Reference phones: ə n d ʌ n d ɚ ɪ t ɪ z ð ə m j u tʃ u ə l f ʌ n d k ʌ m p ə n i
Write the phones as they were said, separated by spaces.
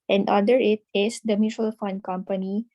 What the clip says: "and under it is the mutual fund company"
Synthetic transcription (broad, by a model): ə n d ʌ d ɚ ɪ t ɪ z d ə m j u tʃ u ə l f ʌ n d k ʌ m p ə n i